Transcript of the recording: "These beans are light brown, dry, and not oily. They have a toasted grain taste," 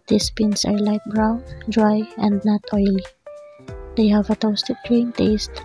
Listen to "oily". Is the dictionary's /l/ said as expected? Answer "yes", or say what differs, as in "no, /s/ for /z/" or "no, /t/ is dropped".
yes